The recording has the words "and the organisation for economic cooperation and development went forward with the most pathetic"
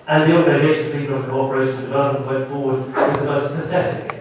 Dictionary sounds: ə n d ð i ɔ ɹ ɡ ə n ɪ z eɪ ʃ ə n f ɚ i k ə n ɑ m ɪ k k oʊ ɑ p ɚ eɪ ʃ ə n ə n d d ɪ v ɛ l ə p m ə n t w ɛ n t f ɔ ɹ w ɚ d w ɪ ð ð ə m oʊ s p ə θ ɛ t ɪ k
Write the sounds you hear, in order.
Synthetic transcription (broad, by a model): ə n ð i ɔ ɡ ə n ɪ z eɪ ʃ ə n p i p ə l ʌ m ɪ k k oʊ ɑ p ɚ eɪ ə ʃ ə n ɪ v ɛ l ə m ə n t w ɛ n t f ɔ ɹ w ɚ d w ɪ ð ð ə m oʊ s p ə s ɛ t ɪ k